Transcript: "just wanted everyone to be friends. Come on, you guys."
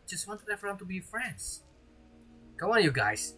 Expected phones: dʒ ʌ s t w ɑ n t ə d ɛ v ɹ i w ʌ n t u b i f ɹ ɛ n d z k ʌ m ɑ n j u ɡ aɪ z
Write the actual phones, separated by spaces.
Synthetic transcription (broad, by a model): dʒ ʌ s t w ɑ n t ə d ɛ f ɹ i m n t u b i f ɹ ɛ n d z k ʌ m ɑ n j u ɡ aɪ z